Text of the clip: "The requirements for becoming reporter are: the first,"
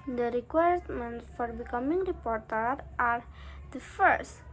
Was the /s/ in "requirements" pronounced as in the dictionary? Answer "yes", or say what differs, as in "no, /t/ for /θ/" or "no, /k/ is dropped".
no, /s/ is dropped